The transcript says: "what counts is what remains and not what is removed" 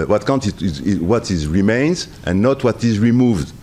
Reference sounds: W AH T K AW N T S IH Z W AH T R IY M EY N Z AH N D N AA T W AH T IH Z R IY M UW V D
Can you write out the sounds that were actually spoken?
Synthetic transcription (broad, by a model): W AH T K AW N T IH Z W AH T R IY M EY N Z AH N N AA T W AH T IH Z R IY M UW V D